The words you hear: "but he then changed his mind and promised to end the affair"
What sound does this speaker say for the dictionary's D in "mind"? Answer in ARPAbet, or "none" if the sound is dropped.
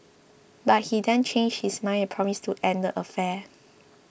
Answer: none